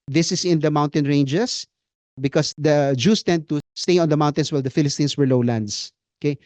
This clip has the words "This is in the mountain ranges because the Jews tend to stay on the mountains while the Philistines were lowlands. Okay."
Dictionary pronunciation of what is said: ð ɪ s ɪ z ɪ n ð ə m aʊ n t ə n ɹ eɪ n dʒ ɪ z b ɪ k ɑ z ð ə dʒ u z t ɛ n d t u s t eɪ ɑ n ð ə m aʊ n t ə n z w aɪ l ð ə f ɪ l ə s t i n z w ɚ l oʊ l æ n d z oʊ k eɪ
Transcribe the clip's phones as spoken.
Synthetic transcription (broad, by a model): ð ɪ s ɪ s ɪ n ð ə m aʊ n t ə n ɹ eɪ n dʒ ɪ s b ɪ k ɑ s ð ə dʒ u s t ɛ n d t u s t eɪ ɑ n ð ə m aʊ n t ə n s w aɪ l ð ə f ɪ l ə s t i n s w ɚ l oʊ l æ n d s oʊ k eɪ